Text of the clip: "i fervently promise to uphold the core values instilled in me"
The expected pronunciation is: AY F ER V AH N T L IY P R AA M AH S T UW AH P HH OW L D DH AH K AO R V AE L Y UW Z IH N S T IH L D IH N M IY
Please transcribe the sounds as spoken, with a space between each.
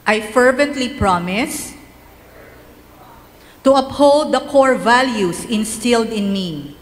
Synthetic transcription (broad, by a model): AY F ER V AH N T L IY P R AA M AH S T UW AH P HH OW L D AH K AO R V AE L Y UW S IH N S T IH L D IH N M IY